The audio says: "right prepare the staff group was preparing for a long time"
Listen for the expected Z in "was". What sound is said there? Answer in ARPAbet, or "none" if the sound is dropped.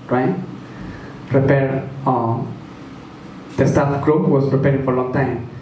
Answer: S